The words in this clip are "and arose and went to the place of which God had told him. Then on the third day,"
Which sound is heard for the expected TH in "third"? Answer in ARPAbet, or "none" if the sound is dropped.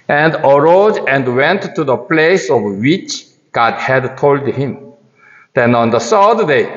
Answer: S